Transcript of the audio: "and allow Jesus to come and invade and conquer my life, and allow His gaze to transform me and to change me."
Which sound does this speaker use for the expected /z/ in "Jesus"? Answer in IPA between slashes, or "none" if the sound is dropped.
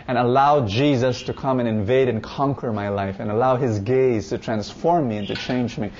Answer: /z/